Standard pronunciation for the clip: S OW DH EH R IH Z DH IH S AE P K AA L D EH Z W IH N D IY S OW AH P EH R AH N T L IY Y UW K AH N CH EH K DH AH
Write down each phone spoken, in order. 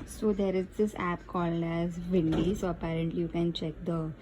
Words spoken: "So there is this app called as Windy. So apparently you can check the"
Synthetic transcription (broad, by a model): S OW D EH R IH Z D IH S AE P K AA L EH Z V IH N D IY S OW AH P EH R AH N T L IY Y UW K AH N CH EH K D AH